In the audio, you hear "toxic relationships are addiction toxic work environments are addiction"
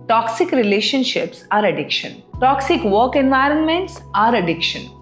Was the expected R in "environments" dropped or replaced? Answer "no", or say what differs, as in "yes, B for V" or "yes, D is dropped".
no